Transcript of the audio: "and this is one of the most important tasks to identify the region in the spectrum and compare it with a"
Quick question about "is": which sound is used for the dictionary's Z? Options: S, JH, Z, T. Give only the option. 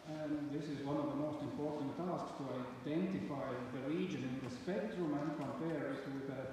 Z